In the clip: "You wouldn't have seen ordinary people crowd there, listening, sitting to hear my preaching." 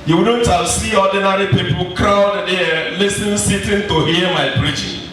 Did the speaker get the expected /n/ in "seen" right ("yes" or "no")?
no